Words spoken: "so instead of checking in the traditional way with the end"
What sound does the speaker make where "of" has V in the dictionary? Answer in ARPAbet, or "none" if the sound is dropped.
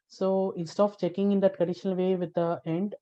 P